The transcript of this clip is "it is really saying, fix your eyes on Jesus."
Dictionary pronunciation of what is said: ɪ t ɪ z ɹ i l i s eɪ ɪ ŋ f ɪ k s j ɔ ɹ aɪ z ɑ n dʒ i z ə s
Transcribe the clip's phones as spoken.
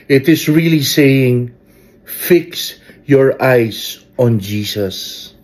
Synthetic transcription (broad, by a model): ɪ t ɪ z ɹ i l i s eɪ ɪ ŋ f ɪ k s j ɔ ɹ aɪ s ɑ n dʒ i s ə s